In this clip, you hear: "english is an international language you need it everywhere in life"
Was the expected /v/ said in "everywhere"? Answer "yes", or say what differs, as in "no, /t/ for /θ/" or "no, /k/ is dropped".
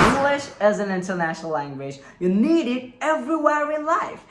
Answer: yes